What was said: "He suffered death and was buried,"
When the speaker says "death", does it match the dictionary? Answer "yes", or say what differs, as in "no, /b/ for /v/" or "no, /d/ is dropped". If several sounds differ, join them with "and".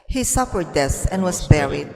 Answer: no, /s/ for /θ/